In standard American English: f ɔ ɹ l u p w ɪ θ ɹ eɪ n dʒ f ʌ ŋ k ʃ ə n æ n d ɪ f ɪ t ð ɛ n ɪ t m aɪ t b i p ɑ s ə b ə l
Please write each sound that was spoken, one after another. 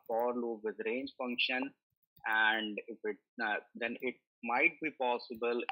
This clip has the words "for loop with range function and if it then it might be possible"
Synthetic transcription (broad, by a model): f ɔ ɹ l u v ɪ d ɹ eɪ n dʒ f ʌ ŋ k ʃ ə n æ n d ɪ f ɪ t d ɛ n ɪ t m aɪ t b i p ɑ s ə b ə l